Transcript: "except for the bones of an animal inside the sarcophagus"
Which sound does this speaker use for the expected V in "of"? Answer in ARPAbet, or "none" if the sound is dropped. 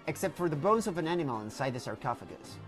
V